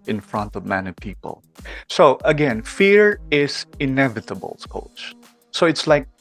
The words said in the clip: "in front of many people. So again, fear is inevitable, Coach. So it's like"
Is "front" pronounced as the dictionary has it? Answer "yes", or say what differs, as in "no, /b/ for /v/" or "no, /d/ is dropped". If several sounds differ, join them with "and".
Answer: yes